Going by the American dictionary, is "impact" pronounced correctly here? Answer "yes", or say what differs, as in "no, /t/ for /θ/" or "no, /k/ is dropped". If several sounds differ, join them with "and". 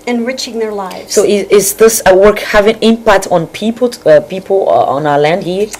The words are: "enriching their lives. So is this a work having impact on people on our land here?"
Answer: yes